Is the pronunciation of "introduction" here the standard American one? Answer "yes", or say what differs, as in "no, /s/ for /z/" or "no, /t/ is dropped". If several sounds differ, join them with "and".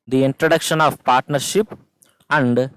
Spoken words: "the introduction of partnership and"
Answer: yes